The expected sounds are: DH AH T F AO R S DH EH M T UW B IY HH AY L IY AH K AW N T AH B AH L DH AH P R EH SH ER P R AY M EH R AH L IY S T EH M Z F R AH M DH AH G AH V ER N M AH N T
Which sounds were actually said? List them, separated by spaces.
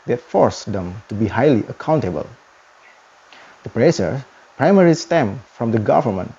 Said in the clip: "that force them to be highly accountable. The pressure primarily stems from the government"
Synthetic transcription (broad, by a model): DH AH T F AO R S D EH M T UW B IY HH AY L IY AH K AW N T AH B AH L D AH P R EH S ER P R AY M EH R IY S T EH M F R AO M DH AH G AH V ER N M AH N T